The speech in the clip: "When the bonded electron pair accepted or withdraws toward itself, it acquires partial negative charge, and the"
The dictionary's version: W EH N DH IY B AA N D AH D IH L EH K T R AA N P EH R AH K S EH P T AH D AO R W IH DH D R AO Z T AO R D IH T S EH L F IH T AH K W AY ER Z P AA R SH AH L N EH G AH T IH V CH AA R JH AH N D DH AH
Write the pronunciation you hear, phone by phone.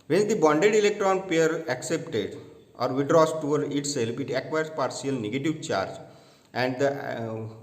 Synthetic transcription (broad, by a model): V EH N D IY B AA N D AH D IH L EH K T R AA N P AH R AH K S EH P T AH D AO R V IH D R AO S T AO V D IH T S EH L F IH T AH K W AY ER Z P AA R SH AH L N EH G AH T IH V CH AA R JH AH N D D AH